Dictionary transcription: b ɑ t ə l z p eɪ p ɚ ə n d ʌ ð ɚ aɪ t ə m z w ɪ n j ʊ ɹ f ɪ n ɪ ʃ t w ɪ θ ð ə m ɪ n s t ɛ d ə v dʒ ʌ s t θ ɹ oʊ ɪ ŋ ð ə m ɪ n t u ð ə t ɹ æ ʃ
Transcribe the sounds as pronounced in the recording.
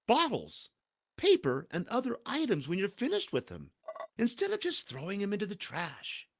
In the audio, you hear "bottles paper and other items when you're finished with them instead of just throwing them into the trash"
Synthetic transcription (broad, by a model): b ɑ t l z p eɪ p ɚ ə n d ʌ ð ɚ aɪ t ə m z w ɪ n j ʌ ɹ f ɪ n ɪ ʃ t w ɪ ð ə m ɪ n s t ɛ d ə v dʒ ʌ s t θ ɹ oʊ ɪ ŋ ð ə m ɪ n t u ð ə t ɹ æ ʃ